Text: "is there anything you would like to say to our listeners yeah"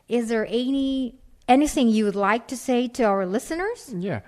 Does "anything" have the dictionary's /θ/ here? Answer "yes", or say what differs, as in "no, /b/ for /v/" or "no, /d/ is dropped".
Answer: yes